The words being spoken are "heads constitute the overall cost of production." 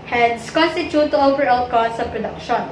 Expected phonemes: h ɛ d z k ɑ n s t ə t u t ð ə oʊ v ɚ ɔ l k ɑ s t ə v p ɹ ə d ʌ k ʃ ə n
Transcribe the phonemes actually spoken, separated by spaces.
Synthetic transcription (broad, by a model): h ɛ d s k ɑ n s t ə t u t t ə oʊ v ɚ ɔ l k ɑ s ə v p ɹ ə d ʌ k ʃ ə n